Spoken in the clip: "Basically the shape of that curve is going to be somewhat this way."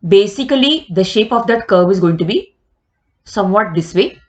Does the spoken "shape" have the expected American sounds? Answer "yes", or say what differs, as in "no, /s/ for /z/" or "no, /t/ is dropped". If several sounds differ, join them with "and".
yes